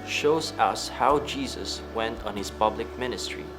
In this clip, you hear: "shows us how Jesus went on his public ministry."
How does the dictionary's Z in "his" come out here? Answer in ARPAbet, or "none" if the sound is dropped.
S